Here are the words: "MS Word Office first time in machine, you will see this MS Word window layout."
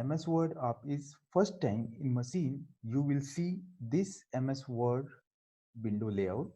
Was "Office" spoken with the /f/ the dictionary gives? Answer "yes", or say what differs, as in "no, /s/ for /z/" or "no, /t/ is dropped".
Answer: no, /p/ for /f/